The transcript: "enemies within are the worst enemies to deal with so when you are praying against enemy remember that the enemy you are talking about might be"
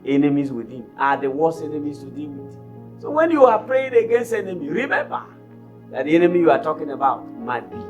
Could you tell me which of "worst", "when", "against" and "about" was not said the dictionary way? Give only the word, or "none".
worst